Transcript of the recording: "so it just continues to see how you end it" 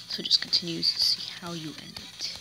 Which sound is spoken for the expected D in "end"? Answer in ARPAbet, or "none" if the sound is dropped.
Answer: D